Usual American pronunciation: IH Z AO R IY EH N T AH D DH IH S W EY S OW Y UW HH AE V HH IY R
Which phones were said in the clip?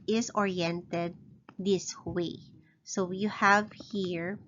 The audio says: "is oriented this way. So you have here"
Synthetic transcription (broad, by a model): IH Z AO R IY EH N T AH D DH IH S W EY S OW Y UW HH AE V HH IY R